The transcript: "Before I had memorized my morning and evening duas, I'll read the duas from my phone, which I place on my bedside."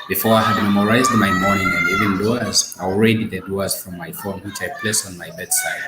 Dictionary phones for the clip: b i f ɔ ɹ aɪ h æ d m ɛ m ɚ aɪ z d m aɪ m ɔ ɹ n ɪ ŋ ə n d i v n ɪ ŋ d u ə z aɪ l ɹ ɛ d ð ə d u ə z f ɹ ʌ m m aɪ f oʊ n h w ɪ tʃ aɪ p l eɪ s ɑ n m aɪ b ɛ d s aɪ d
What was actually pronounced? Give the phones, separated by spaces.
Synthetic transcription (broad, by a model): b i f ɔ ɹ aɪ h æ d m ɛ m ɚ aɪ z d m aɪ m ɔ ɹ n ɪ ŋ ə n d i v ɪ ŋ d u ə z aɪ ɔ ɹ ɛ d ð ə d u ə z f ɹ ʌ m m aɪ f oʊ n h w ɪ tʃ aɪ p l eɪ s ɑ n m aɪ b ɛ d s aɪ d